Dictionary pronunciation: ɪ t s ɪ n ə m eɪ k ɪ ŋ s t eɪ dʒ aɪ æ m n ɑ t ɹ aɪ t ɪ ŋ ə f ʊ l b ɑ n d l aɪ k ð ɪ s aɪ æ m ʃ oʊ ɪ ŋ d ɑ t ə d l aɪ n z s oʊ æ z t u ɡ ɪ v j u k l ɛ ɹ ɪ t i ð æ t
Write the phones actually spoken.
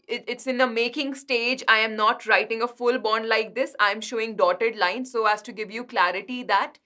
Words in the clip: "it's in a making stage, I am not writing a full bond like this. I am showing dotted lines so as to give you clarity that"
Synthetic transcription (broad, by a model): ɪ t s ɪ n ə m eɪ k ɪ ŋ s t eɪ dʒ aɪ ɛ m n ɑ t ɹ aɪ t ɪ ŋ ə f ʊ l b ɑ n d l aɪ k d ɪ s aɪ m ʃ oʊ ɪ ŋ d ɑ t ə d l aɪ n s oʊ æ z t u ɡ ɪ v j u k l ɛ ɹ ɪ t i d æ t